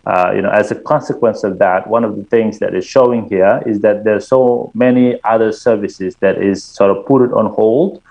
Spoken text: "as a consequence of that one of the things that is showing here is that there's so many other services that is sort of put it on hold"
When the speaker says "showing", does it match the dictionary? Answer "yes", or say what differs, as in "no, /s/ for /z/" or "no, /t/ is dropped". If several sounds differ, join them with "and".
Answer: yes